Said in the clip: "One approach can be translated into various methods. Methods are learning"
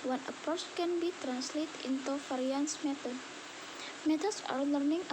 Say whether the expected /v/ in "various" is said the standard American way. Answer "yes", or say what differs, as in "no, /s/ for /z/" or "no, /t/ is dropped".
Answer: no, /f/ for /v/